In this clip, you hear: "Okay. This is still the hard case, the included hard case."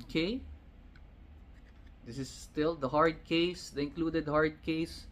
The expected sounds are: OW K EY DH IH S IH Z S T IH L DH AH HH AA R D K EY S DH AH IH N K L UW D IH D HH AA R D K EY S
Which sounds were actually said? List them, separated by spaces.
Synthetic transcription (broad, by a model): K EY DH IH S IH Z S T IH L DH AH HH AA R D K EY S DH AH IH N K L UW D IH D HH AA R D K EY S